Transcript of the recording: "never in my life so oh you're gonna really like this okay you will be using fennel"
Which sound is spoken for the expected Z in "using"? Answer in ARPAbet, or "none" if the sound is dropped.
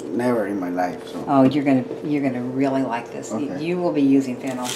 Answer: Z